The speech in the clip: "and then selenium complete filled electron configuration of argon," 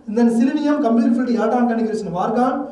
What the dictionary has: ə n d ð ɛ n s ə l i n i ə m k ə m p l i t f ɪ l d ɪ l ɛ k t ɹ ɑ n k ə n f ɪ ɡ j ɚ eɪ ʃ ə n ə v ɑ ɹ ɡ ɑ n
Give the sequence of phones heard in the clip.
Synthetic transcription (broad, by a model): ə n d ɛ n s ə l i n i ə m k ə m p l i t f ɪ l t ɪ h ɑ t ɑ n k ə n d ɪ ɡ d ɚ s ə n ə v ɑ ɹ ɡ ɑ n